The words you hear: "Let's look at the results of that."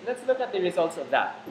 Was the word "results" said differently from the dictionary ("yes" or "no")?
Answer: no